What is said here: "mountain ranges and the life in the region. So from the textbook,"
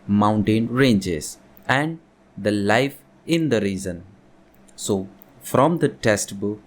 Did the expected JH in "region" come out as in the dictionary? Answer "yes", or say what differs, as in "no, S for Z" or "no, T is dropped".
no, Z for JH